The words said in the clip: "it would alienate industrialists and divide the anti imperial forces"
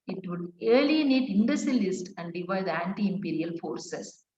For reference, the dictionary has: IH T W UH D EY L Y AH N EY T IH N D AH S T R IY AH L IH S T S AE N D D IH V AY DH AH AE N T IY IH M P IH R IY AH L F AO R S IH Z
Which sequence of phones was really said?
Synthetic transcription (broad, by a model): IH T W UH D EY L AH N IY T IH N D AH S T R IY L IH S T AE N D D IH V AY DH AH AE N T IY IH M P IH R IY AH L F AO R S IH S